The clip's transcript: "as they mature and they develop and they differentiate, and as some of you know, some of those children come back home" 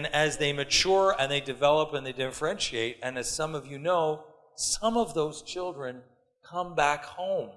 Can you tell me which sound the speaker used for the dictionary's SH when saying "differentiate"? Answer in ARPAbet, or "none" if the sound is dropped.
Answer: SH